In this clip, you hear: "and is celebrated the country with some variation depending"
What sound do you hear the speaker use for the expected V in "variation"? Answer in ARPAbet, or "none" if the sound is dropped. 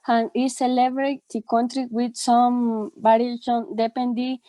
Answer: B